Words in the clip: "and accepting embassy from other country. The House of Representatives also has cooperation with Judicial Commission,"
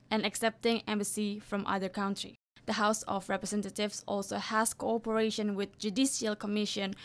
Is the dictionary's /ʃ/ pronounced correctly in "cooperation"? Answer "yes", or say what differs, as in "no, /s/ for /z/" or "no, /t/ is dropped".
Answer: yes